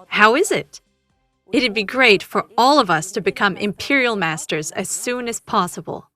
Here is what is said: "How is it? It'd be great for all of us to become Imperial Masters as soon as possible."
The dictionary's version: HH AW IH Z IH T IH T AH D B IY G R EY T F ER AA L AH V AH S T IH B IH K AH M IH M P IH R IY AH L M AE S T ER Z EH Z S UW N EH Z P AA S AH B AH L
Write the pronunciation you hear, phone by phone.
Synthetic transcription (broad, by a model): HH AW IH Z IH T IH T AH D B IY G R EY T F ER AA L AH V AH S T IH B IH K AH M IH M P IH R IY L M AE S T ER Z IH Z S UW N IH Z P AA S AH B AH L